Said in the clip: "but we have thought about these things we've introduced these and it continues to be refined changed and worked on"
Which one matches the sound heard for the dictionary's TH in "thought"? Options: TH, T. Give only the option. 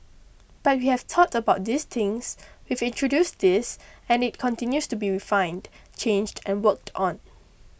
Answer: T